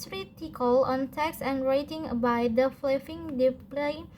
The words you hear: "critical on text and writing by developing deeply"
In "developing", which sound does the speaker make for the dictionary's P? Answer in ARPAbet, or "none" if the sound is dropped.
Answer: F